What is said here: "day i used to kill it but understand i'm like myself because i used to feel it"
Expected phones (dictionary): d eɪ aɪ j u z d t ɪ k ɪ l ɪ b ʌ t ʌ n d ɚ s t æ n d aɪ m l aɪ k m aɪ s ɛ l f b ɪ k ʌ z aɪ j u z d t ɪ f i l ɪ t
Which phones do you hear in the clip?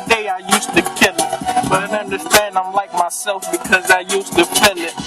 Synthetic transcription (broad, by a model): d eɪ aɪ j u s t ɪ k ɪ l ɪ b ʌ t ʌ n d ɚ s t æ n d aɪ m l aɪ k m aɪ s ɛ l f b ɪ k ʌ z aɪ j u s t ɪ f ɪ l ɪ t